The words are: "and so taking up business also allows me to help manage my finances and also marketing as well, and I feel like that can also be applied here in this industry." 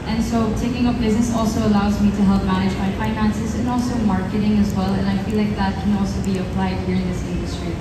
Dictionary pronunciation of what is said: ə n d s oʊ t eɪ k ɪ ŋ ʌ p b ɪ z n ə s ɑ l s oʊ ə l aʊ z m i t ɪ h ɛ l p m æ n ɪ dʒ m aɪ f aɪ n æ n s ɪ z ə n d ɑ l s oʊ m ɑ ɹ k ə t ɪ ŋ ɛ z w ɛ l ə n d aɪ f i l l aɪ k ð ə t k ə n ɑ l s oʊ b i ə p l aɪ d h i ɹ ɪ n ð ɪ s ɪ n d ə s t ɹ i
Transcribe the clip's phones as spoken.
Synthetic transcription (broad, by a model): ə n s oʊ t eɪ k ɪ ŋ ʌ p b ɪ z n ə s ɑ l s oʊ ə l aʊ z m i t ɪ h ɛ l p m æ n ɪ dʒ m aɪ f aɪ n æ n s ɪ z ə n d ɑ l s oʊ m ɑ ɹ k ə t ɪ ŋ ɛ z w ɛ l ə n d aɪ f i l l aɪ k ð ə t k ə n ɑ l s oʊ b i ə p l aɪ d h i ɹ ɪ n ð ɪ s ɪ n d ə s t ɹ i